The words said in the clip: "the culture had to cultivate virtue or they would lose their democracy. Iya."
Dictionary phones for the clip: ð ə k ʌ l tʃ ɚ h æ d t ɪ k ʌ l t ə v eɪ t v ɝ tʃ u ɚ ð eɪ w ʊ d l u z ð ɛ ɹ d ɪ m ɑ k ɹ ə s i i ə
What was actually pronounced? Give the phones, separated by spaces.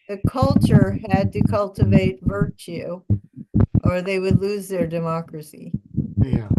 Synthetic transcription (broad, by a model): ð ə k ʌ l tʃ ɚ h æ d t ɪ k ʌ l t ə v eɪ t v ɝ tʃ u ɚ ð eɪ w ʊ d l u z ð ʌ ɹ d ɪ m ɑ k ɹ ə s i i